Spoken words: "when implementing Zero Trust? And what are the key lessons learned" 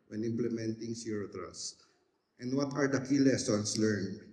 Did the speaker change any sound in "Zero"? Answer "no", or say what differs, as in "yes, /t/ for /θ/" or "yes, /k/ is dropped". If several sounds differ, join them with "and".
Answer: yes, /s/ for /z/